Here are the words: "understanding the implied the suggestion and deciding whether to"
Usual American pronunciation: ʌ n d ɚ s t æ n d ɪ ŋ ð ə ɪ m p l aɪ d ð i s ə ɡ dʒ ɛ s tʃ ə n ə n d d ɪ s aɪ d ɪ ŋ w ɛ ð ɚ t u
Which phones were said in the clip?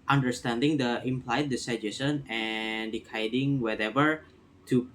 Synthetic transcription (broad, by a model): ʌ n d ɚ s t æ n d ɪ ŋ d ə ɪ m p l aɪ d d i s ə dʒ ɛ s ə n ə n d d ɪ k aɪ d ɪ ŋ w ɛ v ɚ t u